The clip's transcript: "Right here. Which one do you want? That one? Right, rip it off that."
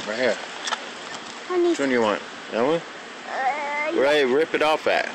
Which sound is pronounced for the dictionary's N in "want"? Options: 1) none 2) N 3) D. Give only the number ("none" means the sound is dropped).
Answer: 2